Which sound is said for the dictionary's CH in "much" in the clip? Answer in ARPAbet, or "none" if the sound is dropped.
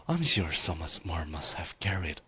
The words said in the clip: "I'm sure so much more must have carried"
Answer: S